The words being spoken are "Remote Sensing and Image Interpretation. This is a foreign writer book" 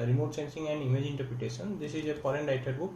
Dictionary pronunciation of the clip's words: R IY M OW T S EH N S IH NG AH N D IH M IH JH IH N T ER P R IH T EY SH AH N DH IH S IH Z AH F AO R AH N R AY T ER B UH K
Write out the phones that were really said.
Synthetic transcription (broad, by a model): R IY M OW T S EH N S IH NG AH N D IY M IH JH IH N T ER P R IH T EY S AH N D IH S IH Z AH P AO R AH N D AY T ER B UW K